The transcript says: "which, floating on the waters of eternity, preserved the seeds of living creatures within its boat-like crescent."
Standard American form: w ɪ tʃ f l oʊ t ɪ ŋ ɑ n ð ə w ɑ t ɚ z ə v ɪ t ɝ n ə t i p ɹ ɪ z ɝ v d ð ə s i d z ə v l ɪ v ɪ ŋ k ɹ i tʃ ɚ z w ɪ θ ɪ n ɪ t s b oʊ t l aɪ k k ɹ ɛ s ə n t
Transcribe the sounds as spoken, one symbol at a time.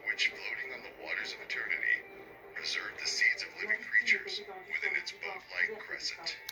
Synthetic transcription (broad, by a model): w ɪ tʃ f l oʊ t ɪ ŋ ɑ n ð ə w ɑ t ɚ z ə v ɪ t ɝ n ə t i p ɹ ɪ z ɝ v ð ə s i d z ə v l ɪ v ɪ ŋ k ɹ i tʃ ɚ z w ɪ θ ɪ n ɪ t s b oʊ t l aɪ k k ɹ ɛ s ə n t